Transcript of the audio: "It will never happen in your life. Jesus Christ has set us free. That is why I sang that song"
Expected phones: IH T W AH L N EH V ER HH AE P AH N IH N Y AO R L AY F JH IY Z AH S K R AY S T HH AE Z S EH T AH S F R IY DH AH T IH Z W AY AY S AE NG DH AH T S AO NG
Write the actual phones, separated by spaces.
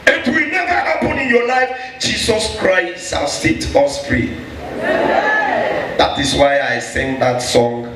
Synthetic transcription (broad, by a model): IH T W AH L N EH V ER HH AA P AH N IH N Y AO L AY F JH IY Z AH S K R AY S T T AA S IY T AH S P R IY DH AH T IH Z W AY AY S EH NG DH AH T S AO NG